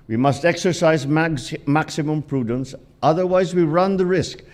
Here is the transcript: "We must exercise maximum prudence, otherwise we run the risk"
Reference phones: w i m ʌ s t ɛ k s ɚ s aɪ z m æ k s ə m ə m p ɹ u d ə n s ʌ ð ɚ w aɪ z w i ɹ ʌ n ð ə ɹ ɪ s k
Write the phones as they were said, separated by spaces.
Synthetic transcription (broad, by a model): w i m ʌ s t ɛ k s ɚ s aɪ z m æ k s ə m ə m p ɹ u d ə n s ʌ ð ɚ w aɪ z w i ɹ ʌ n ð ə ɹ ɪ s k